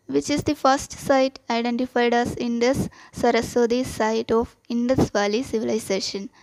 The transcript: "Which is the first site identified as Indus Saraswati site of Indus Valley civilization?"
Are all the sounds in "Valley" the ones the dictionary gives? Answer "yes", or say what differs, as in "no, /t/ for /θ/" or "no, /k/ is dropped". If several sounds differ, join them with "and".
yes